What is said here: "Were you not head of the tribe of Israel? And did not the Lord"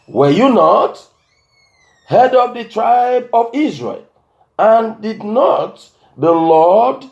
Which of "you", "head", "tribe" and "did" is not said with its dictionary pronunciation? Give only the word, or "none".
none